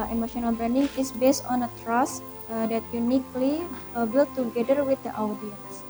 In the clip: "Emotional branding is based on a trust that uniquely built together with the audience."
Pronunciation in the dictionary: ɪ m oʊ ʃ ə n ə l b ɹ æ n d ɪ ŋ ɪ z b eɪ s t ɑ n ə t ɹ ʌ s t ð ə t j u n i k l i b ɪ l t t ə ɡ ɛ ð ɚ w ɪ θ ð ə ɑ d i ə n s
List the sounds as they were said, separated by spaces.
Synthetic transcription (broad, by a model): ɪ m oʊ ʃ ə n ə l b ɹ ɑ n d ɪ ŋ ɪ s b eɪ s t ɑ n ə t ɹ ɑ s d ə t j u n i k l i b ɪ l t t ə ɡ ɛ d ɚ w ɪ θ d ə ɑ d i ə n s